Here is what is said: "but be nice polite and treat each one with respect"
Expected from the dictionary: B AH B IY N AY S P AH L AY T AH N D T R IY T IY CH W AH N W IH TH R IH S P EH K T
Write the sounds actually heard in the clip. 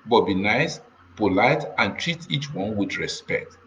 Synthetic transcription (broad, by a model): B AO B IY N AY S P AH L AY T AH N T R IY T IY CH W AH N W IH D R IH S P EH K T